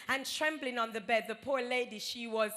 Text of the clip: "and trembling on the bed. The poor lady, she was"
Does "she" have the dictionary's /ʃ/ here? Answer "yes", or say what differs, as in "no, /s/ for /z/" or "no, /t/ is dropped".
yes